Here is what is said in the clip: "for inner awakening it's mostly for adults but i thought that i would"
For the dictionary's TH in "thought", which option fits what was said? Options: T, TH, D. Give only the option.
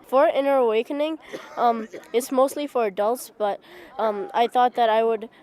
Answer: TH